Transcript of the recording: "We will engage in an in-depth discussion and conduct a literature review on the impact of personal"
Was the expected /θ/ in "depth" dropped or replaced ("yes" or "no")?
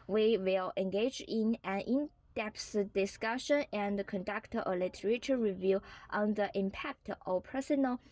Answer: yes